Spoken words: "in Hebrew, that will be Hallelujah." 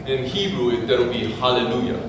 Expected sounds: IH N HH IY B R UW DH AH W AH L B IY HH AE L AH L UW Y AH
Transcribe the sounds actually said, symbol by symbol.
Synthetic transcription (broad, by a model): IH N HH IY B R UW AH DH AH W B IY HH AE L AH L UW Y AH